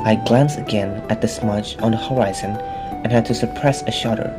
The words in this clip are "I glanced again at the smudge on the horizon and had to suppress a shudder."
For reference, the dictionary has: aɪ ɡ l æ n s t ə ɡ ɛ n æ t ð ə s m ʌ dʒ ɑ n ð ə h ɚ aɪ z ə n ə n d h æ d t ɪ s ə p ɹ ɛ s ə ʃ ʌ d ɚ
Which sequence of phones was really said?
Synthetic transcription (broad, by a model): aɪ ɡ l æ n s ə ɡ ɛ n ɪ t ð ə s m ʌ dʒ n ð ə h ɚ aɪ z ə n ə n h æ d t ɪ s ə p ɹ ɛ s ə ʃ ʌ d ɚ